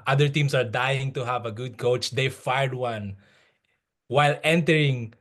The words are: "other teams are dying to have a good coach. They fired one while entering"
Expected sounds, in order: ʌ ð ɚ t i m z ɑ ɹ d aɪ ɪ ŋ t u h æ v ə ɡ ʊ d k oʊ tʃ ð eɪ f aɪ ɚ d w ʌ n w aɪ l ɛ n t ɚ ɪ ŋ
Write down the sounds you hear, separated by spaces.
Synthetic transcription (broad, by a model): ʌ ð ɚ t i m s ɑ ɹ d aɪ ɪ ŋ t u h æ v ə ɡ ʊ d k oʊ tʃ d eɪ f aɪ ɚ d w ʌ n w aɪ l ɛ n t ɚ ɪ ŋ